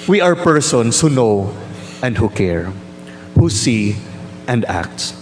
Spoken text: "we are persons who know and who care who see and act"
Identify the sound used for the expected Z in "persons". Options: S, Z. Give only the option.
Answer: S